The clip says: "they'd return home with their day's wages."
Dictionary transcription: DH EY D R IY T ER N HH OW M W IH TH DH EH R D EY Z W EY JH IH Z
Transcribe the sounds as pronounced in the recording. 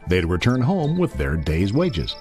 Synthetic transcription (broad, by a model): DH EY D R IY T ER N HH OW M W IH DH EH R D EY Z W EY JH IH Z